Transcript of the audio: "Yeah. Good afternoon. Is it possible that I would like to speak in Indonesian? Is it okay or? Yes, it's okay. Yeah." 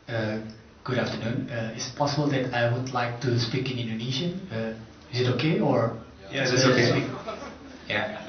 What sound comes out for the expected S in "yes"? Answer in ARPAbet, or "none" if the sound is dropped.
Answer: none